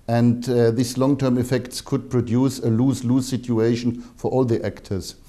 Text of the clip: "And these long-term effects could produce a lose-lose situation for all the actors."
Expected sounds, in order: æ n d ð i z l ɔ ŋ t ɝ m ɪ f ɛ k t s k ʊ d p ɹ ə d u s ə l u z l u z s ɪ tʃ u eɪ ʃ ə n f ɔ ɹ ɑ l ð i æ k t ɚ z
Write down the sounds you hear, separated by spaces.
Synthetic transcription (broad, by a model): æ n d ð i s l ɔ ŋ t ɝ m ɪ f ɛ k t s k ʊ d p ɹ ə d u s ə l u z l u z s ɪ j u eɪ ʃ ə n f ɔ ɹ ɑ l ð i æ k t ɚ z